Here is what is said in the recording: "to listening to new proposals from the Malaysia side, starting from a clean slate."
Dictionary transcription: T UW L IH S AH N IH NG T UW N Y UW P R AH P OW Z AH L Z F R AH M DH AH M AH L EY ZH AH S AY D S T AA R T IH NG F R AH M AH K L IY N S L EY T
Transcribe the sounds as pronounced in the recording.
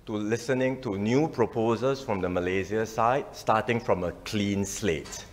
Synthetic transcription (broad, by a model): T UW L IH S AH N IH NG T UW N Y UW P R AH P OW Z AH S F R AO M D AH M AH L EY Z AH S AY D S T AA T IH NG F R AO M AH K L IY N S L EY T